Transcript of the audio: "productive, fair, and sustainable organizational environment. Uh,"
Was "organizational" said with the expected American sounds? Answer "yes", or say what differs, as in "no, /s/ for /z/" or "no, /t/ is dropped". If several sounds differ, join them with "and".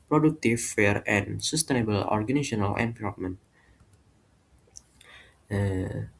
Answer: no, /s/ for /z/ and /ʃ/ is dropped